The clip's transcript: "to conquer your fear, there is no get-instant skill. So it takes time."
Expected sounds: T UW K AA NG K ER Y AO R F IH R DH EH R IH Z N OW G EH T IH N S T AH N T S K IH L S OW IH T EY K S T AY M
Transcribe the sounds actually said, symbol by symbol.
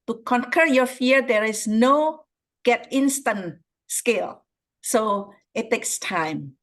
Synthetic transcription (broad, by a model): T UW K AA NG K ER Y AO F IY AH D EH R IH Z N OW G EH T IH N S T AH N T S K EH L S OW IH T EY K S T AY M